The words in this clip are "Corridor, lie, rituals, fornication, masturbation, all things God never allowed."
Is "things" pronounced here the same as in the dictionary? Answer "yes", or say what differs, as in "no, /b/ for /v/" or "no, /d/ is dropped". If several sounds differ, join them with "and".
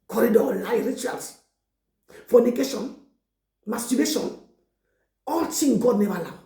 no, /t/ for /θ/ and /z/ is dropped